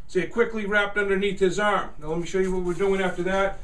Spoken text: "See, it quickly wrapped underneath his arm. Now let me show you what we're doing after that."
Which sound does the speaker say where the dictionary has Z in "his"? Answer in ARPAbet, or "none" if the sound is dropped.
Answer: Z